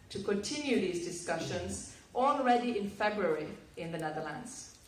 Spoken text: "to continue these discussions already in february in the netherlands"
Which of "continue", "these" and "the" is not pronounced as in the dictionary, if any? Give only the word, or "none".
none